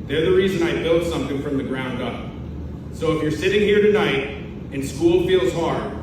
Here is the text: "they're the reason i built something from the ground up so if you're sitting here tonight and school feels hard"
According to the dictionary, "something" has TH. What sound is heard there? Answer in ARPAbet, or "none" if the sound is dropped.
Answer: TH